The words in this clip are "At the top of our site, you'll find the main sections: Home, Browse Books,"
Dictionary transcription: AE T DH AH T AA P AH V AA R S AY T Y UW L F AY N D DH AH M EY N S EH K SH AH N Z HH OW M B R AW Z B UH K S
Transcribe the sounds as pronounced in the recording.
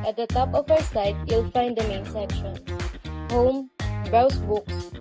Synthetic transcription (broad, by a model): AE T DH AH T AA P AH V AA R S AY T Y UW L F AY N D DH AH M EY N S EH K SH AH N HH OW M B R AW S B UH K S